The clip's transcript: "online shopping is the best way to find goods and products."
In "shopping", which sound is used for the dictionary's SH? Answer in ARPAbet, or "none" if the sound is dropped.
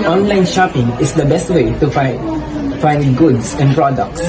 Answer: SH